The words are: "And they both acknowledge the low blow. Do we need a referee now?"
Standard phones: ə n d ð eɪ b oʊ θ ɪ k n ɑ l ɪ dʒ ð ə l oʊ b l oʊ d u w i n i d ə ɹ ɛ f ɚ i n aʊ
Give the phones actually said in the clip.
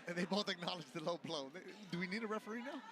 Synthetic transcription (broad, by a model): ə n ð eɪ b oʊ t ɪ k n ɑ l ɪ dʒ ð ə l oʊ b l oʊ d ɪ w i n i d ə ɹ ɛ f ɚ i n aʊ